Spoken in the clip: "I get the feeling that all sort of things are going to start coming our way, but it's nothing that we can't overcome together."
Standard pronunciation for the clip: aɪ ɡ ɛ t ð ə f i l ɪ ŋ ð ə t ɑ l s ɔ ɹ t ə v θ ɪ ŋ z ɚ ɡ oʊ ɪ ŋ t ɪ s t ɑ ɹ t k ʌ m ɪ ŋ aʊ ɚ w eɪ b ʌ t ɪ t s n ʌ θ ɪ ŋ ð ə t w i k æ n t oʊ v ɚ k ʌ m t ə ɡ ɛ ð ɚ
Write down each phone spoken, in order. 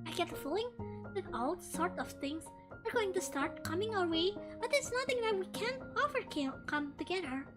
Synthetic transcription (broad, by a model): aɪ ɡ ɛ t ð ə f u l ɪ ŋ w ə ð ɑ l s ɔ ɹ t ə v θ ɪ ŋ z ɚ ɡ oʊ ɪ ŋ t ɪ s t ɑ ɹ t k ʌ m ɪ ŋ aʊ ɚ w eɪ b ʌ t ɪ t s n ʌ θ ɪ ŋ ð ə t w i k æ n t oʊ f ɚ k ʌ m t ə ɡ ɛ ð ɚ